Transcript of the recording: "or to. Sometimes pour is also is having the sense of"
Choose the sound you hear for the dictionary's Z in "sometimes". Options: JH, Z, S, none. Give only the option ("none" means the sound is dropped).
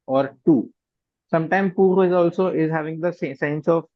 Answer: none